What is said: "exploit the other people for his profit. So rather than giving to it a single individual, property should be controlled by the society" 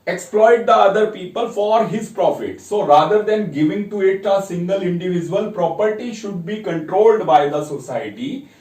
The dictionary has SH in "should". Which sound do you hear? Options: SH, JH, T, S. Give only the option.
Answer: SH